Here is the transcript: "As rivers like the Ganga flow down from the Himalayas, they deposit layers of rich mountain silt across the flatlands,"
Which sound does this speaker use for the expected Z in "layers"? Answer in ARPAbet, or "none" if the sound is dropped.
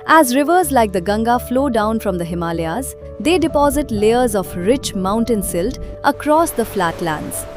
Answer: Z